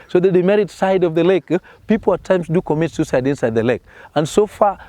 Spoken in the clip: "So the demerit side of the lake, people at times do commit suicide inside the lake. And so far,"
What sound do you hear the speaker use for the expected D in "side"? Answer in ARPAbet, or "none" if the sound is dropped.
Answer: D